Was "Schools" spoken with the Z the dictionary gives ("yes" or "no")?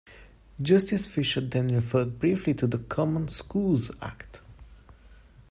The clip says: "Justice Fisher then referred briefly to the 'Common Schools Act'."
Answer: yes